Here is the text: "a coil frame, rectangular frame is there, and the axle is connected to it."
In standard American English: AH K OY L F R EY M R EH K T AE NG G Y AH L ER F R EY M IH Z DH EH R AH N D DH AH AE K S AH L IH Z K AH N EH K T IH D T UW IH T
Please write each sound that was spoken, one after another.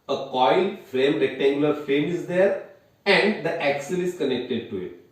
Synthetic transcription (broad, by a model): AH K OY L F R EY M R EH K T AE NG G Y AH L ER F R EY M IH Z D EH R AH N D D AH AE K S AH L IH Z K AH N EH K T IH D T UW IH T